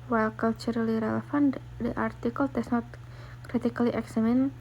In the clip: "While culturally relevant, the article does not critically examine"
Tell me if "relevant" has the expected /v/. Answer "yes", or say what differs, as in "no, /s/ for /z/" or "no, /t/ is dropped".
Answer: no, /f/ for /v/